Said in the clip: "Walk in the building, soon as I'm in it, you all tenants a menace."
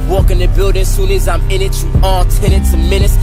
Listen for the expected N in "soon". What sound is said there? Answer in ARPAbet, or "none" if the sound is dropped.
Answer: L